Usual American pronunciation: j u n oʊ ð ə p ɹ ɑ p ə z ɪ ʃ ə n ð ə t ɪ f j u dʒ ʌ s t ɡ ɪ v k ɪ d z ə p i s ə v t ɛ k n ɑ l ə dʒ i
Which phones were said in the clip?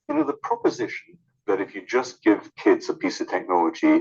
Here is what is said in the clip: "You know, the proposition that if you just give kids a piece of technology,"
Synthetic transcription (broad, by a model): j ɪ n oʊ ð ə p ɹ ɑ p ə z ɪ ʃ ə n ð ə t ɪ f j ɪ dʒ ʌ s ɡ ɪ v k ɪ d z ə p i s ə v t ɛ k n ɑ l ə dʒ i